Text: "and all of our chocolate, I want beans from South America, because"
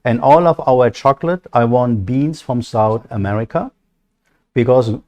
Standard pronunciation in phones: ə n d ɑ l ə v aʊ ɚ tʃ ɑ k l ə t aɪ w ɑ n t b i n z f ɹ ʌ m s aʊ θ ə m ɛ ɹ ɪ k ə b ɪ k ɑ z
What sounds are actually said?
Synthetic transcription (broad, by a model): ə n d ɑ l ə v aʊ ɚ tʃ ɑ k l ə t aɪ w ɑ n t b i n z f ɹ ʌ m s aʊ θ ə m ɛ ɹ ɪ k ə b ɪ k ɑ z